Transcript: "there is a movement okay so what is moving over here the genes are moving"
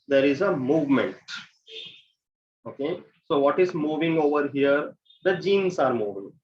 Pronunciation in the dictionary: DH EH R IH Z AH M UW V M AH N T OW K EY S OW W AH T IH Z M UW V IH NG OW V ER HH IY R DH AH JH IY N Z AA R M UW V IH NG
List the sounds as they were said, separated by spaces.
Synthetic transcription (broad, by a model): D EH R IH Z AH M UW V M AH N T OW K EY S OW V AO T IH Z M UW V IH NG OW V ER HH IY R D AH JH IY N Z AA R M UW V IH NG